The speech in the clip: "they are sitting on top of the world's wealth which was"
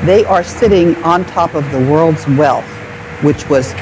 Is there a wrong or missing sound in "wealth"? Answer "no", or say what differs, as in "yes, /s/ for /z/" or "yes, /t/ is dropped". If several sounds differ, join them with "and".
no